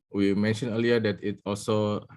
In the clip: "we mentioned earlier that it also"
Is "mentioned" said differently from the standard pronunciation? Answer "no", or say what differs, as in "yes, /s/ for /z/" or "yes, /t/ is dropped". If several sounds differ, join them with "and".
yes, /d/ is dropped